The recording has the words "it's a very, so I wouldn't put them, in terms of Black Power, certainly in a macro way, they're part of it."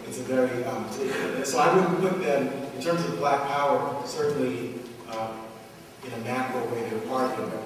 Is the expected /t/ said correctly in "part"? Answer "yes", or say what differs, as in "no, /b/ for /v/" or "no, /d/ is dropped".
no, /t/ is dropped